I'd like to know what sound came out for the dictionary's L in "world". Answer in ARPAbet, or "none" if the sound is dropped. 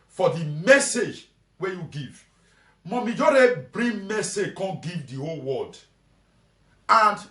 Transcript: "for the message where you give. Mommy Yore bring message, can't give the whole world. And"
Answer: none